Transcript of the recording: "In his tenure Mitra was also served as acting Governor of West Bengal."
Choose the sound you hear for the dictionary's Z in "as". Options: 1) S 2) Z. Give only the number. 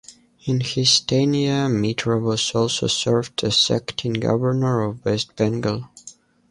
1